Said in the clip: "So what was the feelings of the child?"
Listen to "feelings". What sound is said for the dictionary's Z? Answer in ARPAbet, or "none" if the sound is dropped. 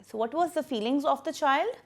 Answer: Z